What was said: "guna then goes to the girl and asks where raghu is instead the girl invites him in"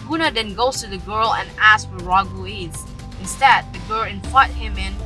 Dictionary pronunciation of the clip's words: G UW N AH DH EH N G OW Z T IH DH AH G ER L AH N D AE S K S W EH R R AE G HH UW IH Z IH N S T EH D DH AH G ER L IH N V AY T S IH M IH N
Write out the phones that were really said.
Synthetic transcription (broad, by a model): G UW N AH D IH N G OW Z T IH DH AH G ER L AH N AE S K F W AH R R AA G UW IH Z IH N S T EH D DH AH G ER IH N P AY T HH IH M IH N